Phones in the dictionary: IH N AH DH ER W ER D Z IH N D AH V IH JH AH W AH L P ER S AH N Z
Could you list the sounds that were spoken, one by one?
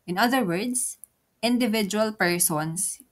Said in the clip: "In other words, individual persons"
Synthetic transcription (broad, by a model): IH N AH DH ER W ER D S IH N D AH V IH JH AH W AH L P ER S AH N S